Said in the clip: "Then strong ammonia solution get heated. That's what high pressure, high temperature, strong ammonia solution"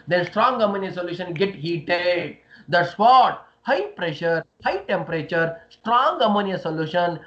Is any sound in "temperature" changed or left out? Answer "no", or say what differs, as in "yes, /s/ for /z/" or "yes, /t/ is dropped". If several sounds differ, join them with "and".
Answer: no